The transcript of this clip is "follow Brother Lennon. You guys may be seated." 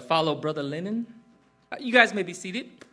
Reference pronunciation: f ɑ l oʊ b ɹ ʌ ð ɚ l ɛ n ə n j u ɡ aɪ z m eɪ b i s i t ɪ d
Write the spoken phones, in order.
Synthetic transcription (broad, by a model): f ɑ l oʊ b ɹ ʌ ð ɚ l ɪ n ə n j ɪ ɡ aɪ z m eɪ b i s i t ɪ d